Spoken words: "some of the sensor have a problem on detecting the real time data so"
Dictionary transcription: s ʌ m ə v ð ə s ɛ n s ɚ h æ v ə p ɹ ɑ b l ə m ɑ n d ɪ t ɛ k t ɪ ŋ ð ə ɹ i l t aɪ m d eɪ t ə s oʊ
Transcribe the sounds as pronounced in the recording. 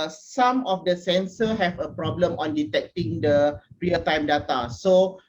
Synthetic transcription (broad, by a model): s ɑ m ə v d ə s ɛ n s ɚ h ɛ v ə p ɹ ɑ b l ə m ɑ n d ɪ t ɛ k t ɪ ŋ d ə ɹ i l t aɪ m d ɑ t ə s oʊ